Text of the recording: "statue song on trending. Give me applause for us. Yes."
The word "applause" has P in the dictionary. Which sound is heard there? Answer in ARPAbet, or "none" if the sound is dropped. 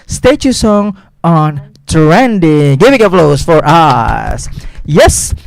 F